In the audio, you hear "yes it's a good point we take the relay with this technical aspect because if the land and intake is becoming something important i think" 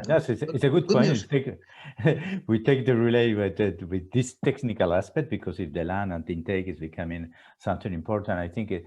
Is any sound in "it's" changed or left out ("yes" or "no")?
yes